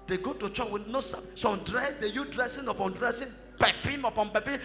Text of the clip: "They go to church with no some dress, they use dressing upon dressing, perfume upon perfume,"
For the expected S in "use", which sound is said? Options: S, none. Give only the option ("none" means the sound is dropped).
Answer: none